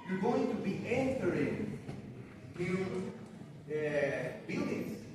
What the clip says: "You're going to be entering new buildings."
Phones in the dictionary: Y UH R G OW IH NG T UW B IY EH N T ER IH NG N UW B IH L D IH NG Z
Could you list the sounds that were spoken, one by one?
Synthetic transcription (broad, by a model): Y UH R G OW IH NG T UW B IY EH N S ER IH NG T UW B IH L D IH NG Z